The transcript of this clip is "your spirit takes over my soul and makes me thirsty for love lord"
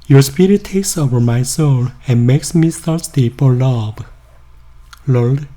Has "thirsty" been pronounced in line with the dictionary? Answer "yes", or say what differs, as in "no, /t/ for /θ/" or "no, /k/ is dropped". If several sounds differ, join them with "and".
no, /s/ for /θ/